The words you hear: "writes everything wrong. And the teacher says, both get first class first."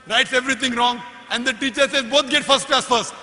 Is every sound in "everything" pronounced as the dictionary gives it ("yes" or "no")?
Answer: no